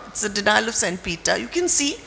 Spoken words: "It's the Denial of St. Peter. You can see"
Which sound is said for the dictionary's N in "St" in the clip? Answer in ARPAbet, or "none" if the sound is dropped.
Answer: N